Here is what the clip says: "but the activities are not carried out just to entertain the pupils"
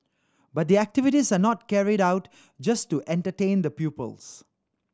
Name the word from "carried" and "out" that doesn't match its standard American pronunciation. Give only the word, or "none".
none